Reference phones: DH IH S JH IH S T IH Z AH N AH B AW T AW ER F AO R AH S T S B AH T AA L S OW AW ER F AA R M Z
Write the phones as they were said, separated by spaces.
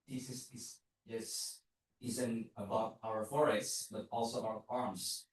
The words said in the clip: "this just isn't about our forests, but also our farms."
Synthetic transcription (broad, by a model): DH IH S Z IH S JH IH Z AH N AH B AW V AW ER F AO R AH S T S B AH T AA L S OW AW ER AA R M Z